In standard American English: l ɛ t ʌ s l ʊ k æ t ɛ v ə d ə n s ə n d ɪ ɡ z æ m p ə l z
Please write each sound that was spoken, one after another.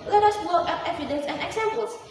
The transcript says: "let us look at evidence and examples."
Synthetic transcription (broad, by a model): l ɛ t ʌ s w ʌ k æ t ɛ v ə d ə n s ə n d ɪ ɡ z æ m p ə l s